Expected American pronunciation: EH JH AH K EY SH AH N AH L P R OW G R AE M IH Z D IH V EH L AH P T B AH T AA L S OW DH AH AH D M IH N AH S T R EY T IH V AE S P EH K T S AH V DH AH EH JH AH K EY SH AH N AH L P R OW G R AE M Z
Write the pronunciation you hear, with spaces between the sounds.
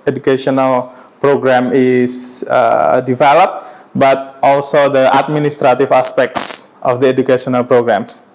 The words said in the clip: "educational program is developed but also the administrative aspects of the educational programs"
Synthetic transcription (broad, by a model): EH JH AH K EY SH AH N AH L P R OW G R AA M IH S D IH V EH L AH P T B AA T AA L S OW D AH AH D M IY N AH S T R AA T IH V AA S P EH K T S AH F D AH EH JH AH K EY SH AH N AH L P R OW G R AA M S